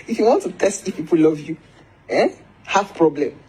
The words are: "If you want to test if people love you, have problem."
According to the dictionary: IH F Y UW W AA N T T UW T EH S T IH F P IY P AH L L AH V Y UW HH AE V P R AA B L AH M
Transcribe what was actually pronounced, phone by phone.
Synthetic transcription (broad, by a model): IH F Y UW W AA N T T UW T EH S T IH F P IY P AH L L AH V Y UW HH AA F P R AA B L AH M